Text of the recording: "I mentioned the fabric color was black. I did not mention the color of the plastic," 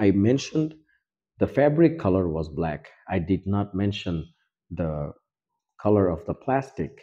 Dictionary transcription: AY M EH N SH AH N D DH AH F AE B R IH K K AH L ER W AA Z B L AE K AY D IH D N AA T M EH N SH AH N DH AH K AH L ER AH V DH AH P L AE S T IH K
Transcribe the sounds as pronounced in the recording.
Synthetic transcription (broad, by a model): AY M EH N SH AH N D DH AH F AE B R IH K K AH L ER W AA Z B L AE K AY D IH D N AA T M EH N SH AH N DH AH K AH L ER AH V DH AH P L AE S T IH K